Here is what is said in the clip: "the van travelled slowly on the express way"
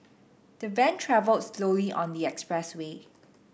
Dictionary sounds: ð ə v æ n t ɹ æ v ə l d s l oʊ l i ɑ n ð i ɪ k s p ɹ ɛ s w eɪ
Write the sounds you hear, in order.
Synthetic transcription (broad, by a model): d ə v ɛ n t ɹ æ v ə l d s l oʊ l i ɑ n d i ɪ k s p ɹ ɛ s w eɪ